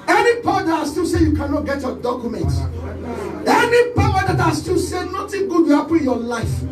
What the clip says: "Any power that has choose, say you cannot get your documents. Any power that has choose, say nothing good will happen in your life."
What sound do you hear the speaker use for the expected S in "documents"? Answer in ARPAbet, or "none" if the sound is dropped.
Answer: none